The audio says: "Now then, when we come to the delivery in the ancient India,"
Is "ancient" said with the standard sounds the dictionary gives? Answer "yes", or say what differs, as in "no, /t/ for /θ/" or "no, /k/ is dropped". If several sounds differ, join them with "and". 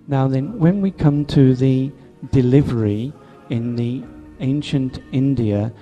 yes